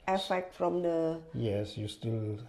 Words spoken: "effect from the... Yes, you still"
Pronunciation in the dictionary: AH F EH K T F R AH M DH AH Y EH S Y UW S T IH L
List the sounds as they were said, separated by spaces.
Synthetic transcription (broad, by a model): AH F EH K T F R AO M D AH Y EH S Y UW S T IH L